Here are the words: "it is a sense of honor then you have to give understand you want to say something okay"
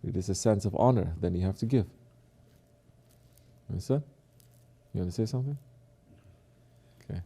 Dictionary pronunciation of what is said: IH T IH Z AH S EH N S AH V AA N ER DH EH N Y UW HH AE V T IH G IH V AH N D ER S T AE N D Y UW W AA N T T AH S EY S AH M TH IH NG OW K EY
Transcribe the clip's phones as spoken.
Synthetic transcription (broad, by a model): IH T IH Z AH S EH N S AH V AA N ER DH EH N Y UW HH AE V T IH G IH V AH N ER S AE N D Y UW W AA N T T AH S EY S AH M TH IH NG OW K EY